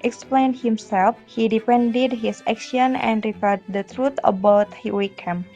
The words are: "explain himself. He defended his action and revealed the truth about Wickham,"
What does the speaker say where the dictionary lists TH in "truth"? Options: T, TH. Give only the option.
T